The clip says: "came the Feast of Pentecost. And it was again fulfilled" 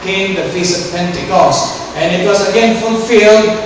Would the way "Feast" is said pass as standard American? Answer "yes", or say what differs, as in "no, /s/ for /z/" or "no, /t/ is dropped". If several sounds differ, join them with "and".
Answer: no, /t/ is dropped